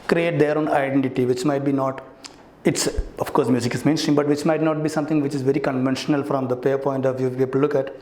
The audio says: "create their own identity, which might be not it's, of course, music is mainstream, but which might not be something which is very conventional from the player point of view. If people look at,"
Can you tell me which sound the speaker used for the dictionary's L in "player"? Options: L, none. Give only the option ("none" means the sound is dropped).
none